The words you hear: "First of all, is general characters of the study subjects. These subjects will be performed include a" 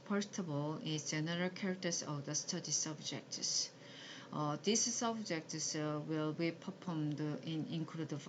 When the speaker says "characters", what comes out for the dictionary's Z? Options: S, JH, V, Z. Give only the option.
S